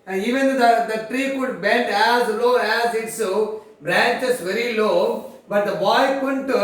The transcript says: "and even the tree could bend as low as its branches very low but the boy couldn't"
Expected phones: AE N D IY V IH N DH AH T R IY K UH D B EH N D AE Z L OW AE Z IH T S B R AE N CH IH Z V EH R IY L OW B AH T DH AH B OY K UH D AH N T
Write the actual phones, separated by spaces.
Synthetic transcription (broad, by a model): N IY V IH N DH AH T R IY K UH D B EH N D AE Z L OW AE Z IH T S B R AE N CH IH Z V EH R IY L OW B AH T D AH B OY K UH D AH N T